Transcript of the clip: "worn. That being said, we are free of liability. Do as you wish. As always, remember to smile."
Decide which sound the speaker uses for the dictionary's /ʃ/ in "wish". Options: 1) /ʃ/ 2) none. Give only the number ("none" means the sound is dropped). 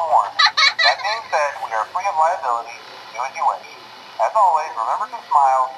2